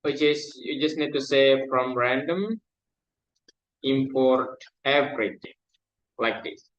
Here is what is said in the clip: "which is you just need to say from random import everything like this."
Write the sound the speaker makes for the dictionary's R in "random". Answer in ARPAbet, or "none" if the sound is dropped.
R